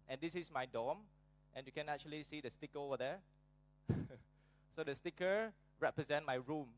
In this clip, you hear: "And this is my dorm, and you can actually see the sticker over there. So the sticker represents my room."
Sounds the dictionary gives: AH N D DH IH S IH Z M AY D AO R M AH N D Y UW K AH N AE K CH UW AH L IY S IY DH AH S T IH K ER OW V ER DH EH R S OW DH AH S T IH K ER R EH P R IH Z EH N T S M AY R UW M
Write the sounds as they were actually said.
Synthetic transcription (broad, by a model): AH N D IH S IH S M AY D AO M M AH N Y UW K AH N AE K CH UW AH L IY S IY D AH S T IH K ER OW V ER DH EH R S OW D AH S T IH K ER R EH P R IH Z EH N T M AY R UW M